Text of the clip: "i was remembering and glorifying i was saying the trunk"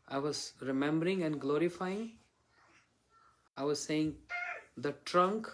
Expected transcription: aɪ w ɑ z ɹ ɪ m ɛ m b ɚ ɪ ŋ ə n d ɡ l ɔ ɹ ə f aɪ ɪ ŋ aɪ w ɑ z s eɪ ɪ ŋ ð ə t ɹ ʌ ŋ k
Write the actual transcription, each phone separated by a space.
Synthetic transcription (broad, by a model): aɪ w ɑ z ɹ ɪ m ɛ m b ɚ ɪ ŋ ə n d ɡ l ɔ ɹ ə f aɪ ɪ ŋ aɪ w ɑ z s eɪ ɪ ŋ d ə t ɹ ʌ ŋ k